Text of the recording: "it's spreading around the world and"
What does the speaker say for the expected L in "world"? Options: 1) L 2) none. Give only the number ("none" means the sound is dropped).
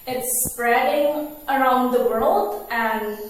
1